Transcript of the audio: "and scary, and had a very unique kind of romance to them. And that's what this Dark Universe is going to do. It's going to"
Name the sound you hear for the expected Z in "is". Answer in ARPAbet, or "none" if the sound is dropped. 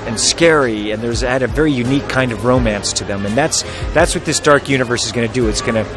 Z